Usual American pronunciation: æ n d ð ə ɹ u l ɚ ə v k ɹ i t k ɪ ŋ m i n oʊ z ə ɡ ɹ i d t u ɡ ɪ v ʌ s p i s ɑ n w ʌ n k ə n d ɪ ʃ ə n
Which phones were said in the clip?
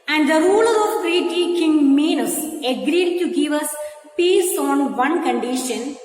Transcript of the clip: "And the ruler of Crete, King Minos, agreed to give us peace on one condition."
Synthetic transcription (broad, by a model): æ n d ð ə ɹ u l ɚ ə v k ɹ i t k ɪ ŋ m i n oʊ s ə ɡ ɹ i d t u ɡ ɪ v ʌ s p i s ɑ n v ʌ n k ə n d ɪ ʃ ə n